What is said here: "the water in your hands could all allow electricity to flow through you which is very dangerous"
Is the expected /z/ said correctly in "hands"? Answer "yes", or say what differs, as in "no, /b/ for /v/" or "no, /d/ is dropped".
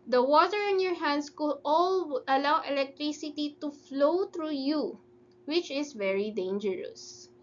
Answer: no, /s/ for /z/